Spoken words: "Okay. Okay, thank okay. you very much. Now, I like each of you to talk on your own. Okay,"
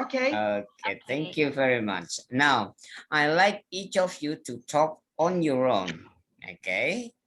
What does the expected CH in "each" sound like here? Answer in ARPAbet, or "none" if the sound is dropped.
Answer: CH